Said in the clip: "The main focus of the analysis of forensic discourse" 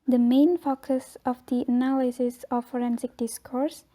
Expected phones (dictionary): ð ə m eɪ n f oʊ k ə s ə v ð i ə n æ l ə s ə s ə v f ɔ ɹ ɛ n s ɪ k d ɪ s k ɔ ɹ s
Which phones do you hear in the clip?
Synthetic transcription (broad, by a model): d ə m eɪ n f oʊ k ə s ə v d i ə n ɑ l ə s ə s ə f ɔ ɹ ɛ n s ɪ k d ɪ s k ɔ ɹ s